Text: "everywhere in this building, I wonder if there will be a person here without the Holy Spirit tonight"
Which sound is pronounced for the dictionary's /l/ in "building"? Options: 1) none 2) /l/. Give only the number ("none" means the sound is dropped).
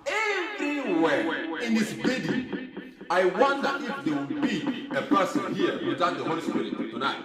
1